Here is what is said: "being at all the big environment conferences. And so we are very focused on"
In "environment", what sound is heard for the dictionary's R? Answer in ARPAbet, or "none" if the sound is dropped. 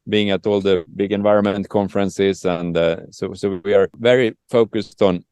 R